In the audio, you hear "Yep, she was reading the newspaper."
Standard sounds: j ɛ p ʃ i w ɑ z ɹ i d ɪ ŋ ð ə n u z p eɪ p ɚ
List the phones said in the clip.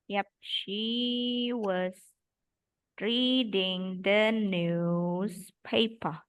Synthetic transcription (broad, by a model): j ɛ p ʃ i w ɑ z ɹ i d ɪ ŋ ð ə n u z p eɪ p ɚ